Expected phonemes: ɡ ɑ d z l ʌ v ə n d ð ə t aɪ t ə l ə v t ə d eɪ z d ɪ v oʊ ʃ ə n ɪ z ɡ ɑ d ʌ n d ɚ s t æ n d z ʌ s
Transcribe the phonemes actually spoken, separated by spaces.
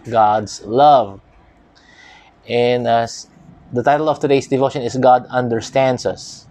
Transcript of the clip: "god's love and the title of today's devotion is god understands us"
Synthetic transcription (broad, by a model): ɡ ɑ d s l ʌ v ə n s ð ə t aɪ t ə l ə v t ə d eɪ s d ɪ v oʊ ʃ ə n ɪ s ɡ ɑ d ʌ n d ɚ s t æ n d s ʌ s